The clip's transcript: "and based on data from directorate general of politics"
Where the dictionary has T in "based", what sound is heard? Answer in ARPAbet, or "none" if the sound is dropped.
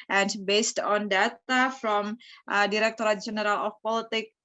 T